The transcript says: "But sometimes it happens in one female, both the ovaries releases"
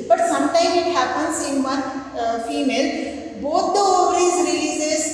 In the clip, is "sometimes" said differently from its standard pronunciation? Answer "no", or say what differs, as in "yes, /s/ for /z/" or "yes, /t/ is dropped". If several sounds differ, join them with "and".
yes, /z/ is dropped